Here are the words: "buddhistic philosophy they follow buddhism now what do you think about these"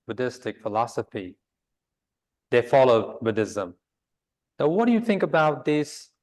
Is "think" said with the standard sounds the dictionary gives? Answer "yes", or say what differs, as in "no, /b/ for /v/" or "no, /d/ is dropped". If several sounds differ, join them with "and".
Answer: yes